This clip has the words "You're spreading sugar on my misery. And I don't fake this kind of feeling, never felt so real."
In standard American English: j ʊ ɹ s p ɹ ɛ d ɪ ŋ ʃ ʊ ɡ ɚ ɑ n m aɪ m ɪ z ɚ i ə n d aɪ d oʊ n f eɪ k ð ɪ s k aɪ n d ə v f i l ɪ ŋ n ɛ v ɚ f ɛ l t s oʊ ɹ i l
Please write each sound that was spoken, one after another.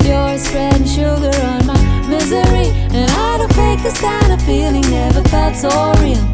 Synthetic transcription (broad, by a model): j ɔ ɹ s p ɹ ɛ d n ʃ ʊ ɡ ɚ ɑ n m aɪ m ɪ z ɚ i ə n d aɪ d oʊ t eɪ k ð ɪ s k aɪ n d ə v f i l ɪ ŋ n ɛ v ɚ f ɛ t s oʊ ɹ i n